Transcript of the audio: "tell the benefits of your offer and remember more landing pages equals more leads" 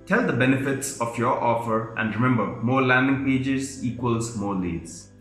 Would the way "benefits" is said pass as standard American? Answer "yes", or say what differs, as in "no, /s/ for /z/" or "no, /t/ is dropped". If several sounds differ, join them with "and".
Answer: yes